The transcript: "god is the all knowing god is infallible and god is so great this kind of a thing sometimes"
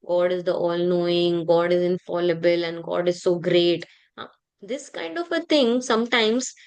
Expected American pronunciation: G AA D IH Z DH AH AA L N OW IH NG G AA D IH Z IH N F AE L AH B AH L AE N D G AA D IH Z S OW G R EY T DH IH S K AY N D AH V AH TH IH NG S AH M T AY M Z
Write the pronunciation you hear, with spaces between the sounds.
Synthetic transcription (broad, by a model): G AA D IH Z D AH AA L N OW IH NG G AA D IH Z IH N F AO L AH B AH L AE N D G AA D IH Z S OW G R EY T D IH S K AY N D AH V AH T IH NG S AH M T AY M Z